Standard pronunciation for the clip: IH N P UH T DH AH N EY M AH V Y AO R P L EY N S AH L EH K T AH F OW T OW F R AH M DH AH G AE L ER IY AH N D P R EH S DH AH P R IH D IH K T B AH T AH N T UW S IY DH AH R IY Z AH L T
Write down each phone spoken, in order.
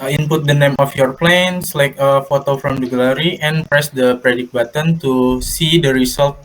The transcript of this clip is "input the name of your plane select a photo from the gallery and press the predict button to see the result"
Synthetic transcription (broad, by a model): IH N P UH T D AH N EY M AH F Y AO R P L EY N S L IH K AH F OW T OW F R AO M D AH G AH L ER IY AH N P R EH S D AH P R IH D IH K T B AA T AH N T UW S IY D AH R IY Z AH L T